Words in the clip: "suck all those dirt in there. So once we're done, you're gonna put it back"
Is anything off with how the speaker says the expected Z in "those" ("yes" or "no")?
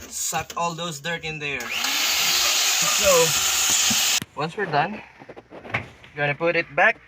yes